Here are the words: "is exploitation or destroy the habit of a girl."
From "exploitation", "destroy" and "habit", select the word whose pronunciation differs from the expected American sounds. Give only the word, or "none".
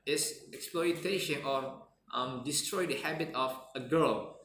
none